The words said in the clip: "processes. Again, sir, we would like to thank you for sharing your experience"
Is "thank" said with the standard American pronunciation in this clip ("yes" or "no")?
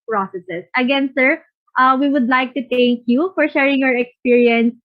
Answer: no